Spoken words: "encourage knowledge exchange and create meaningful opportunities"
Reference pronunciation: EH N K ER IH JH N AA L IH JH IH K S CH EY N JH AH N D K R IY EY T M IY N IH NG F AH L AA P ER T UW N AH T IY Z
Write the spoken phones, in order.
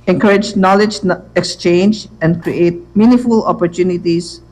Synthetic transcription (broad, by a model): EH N K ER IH JH N AA L IH JH IH K S CH EY N JH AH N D K R IY EY T M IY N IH F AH L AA P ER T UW N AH T IY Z